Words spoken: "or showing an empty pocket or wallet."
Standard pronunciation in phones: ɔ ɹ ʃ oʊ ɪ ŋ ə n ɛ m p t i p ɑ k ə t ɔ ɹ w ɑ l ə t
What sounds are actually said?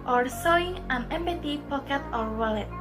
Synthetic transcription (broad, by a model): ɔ ɹ s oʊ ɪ ŋ ə n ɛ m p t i p ɑ k ə t ɔ ɹ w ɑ l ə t